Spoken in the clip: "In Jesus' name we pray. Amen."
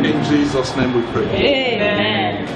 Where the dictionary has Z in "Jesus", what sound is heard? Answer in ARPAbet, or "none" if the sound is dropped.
Z